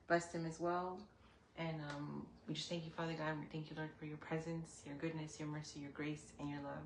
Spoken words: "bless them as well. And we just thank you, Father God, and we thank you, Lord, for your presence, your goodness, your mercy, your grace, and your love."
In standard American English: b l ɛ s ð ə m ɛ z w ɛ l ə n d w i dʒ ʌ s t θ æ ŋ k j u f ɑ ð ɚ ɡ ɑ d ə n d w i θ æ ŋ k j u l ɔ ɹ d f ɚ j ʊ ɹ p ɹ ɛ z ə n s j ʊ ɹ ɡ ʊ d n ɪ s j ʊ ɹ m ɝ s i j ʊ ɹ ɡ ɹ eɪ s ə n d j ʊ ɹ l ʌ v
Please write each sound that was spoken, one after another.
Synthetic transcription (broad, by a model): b l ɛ s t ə m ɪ z w ɛ l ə n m w i dʒ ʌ s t θ æ ŋ k j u f ɑ ð ɚ ɡ ɑ ə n w i θ æ ŋ k j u l ɔ ɹ d f ɚ j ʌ ɹ p ɹ ɛ z ə n s j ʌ ɹ ɡ ʊ d n ɪ s j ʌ ɹ m ɝ s i j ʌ ɹ ɡ ɹ eɪ s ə n j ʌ ɹ l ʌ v